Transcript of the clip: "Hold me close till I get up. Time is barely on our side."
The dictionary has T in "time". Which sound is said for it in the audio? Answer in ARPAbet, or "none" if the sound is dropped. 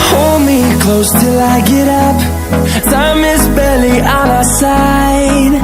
S